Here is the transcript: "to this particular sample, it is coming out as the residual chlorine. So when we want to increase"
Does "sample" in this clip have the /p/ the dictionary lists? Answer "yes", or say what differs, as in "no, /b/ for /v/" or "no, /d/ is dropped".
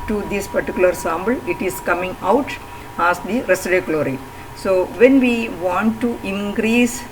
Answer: no, /b/ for /p/